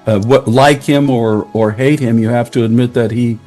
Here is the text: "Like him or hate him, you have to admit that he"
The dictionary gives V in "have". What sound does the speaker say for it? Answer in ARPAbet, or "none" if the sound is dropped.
F